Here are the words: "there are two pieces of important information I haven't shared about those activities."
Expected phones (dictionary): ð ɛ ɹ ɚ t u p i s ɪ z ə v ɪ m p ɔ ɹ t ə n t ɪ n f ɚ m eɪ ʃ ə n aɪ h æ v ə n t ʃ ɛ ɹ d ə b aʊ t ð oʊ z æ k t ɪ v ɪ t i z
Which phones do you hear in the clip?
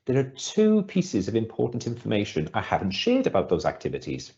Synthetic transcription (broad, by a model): ð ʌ ɹ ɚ t u p i s ɪ z ə v ɪ m p ɔ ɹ t n t ɪ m f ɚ m eɪ ʃ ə n aɪ h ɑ v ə n t ʃ ɛ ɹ d ə b aʊ t ð oʊ z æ k t ɪ v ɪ t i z